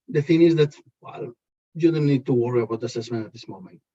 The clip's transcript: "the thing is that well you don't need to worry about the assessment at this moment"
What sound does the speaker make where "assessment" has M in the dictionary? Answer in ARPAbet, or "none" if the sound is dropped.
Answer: M